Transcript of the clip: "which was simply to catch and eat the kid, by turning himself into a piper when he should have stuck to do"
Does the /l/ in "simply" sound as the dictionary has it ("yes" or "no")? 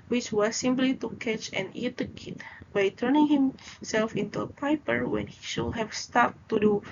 yes